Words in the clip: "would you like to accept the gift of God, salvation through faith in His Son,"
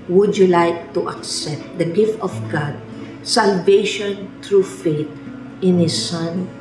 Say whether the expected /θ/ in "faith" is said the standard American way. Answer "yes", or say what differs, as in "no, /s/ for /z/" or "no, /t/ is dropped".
no, /t/ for /θ/